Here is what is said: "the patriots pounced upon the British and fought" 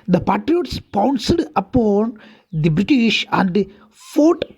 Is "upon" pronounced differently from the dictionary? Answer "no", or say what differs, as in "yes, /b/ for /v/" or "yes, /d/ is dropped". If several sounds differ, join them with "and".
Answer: no